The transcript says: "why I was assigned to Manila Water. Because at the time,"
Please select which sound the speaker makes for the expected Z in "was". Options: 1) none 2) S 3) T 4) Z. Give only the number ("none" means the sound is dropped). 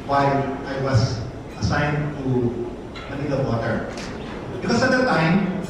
2